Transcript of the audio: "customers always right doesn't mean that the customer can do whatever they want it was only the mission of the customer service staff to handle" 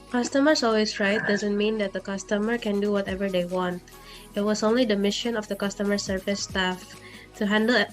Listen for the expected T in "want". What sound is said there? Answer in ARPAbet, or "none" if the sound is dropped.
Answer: T